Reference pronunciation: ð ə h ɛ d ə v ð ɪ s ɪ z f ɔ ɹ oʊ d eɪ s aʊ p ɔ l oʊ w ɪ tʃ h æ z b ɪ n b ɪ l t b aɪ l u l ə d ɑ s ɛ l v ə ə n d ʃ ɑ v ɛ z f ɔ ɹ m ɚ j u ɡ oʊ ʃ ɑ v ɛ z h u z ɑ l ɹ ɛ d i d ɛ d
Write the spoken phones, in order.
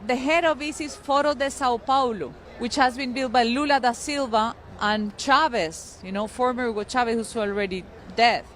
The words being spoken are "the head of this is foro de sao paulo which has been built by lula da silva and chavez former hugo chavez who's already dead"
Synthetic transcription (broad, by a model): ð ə h ɛ d ə v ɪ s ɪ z f ɔ ɹ oʊ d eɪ s aʊ p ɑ l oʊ w ɪ tʃ h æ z b ɪ n b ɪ l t b aɪ l u l ə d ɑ s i l v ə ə n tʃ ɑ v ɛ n f ɔ ɹ m ɚ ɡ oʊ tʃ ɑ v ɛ s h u s ɑ l ɹ ɛ d i d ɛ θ